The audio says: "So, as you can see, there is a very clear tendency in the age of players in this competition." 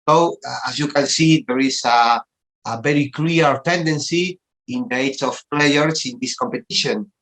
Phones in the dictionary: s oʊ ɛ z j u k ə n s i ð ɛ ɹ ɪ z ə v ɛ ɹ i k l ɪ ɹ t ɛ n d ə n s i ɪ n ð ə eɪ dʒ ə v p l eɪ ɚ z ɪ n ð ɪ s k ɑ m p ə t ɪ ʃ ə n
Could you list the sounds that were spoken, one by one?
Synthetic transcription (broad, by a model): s oʊ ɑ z j u k ə n s i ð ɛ ɹ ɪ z ə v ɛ ɹ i k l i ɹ t ɛ n d ə n s i ɪ n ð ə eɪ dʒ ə f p l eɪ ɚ s ɪ n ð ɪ s k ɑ m p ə t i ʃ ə n